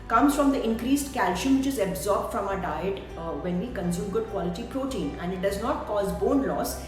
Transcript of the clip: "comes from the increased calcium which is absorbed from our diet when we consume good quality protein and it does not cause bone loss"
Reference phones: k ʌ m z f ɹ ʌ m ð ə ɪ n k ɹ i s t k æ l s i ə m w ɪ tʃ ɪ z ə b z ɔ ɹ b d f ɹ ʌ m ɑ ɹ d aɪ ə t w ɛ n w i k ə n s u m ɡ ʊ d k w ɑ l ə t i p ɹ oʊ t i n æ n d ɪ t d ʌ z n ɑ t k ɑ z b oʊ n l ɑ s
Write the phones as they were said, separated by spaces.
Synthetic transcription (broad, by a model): k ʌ m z f ɹ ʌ m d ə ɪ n k ɹ i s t k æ l ʃ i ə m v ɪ tʃ ɪ z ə b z ɔ ɹ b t f ɹ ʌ m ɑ d aɪ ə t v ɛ n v i k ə n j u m ɡ ʊ d k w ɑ l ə t i p ɹ oʊ t i n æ n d ɪ t d ʌ z n ɑ t k ɑ z b oʊ n l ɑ s